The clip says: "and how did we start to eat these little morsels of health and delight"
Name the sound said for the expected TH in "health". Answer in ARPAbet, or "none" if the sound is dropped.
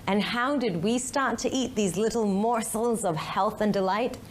TH